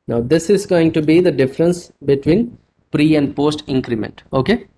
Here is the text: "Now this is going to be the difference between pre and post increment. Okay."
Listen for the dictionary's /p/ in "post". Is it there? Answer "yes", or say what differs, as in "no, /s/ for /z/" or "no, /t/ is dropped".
yes